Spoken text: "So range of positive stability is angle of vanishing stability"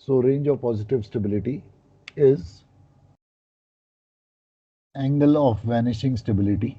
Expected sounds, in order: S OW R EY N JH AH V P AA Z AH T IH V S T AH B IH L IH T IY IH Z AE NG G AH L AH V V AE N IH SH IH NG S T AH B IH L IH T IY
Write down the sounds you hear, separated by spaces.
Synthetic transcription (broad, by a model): S OW R EY N JH AH V P AA Z AH T IH V S T AH B IH L IH T IY IH Z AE NG G AH L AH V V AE N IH SH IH NG S T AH B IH L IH T IY